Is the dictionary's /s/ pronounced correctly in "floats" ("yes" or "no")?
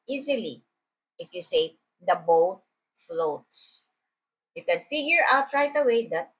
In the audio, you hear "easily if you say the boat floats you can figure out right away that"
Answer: yes